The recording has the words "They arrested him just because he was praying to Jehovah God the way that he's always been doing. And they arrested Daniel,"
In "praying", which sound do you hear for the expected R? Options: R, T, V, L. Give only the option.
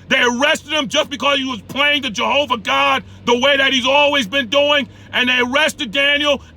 L